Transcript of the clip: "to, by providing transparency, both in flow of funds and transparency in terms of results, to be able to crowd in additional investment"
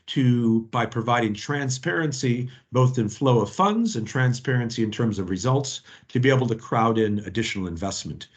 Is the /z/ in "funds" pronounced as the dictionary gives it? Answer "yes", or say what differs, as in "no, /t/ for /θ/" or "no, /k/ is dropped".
yes